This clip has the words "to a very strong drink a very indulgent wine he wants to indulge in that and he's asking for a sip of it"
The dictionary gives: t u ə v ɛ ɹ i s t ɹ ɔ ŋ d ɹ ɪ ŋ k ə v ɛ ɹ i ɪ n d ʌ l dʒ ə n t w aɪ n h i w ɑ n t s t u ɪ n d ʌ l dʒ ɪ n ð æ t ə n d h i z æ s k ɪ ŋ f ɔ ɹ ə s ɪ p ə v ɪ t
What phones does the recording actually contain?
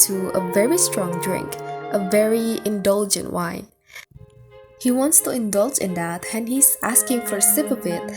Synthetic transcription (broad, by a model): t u ə v ɛ ɹ i s t ɹ ɔ ŋ d ɹ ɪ ŋ k ə v ɛ ɹ i ɪ n d ʌ l dʒ ə n t w aɪ n h i w ɑ n t s t u ɪ n d ʌ l dʒ ɪ n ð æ t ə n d h i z æ s k ɪ ŋ f ɔ ɹ s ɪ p ə v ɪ t